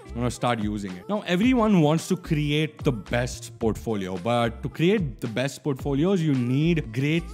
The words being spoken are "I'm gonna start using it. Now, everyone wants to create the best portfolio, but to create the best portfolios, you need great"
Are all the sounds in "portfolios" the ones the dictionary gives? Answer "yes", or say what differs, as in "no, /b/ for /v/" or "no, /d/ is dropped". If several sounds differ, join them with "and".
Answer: yes